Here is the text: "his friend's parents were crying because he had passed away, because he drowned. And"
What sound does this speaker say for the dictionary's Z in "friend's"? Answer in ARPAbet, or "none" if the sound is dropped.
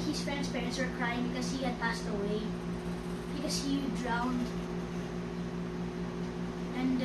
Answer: S